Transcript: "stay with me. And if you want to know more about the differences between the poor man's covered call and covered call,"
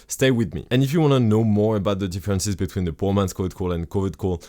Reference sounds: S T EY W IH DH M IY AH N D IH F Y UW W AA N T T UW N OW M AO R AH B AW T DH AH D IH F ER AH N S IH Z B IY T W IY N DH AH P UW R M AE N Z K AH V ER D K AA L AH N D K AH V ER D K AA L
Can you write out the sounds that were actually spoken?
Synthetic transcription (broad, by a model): S T EY W IH DH M IY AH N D IH F Y UW W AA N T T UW N OW M AO R AH B AW T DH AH D IH F ER AH N S IH Z B IY T W IY N DH AH P UW R M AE N S K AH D K AA L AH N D K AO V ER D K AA L